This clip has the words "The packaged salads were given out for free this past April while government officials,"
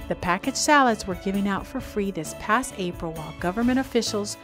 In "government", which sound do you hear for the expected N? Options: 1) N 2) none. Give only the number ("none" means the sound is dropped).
2